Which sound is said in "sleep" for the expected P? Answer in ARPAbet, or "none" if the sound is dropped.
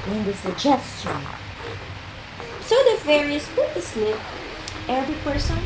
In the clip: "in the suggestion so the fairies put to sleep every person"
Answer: none